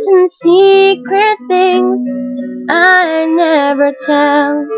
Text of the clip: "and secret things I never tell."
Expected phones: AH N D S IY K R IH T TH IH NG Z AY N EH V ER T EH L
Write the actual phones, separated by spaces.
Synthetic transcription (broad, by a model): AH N S IY K R IH T TH IH NG Z AY N EH V ER T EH L